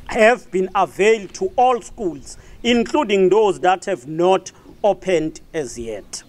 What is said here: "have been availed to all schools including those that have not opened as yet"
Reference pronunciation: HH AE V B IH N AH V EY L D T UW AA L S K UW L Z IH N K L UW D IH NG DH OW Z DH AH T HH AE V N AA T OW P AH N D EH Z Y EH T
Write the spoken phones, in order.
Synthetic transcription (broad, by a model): HH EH V B IH N AH V EY L D T UW AA L S K UW L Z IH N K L UW D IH NG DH OW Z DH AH T HH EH V N AA T OW P AH N D EH Z Y EH T